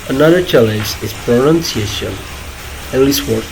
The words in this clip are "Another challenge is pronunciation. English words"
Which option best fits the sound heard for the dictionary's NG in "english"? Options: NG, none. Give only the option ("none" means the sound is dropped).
none